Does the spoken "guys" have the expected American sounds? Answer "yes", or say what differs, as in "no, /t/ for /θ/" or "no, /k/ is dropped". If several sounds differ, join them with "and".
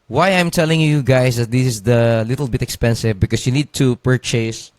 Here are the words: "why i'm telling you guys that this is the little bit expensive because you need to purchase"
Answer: no, /s/ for /z/